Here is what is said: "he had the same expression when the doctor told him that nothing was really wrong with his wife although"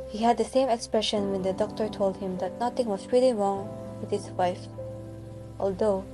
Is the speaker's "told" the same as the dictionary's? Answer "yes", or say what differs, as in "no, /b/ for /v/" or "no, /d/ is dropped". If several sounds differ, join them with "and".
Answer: yes